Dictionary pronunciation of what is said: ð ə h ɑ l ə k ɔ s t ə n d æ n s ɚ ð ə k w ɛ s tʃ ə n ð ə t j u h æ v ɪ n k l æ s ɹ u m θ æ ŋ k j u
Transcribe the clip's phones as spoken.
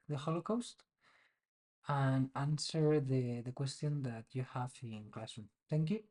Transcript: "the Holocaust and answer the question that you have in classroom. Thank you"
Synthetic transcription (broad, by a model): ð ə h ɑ l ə k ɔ s t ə n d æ n s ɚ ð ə k w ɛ s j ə n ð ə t j u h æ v ɪ n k l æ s u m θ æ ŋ k j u